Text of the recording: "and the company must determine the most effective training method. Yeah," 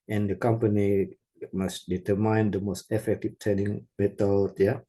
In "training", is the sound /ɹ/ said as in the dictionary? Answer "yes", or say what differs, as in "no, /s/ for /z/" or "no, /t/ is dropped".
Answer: no, /ɹ/ is dropped